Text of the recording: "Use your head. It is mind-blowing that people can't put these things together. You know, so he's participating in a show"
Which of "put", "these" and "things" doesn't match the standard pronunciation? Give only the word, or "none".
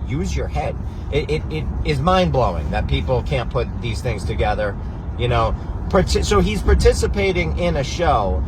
none